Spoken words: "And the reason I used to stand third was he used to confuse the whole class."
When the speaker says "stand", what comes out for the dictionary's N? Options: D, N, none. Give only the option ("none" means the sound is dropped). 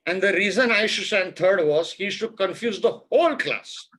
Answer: none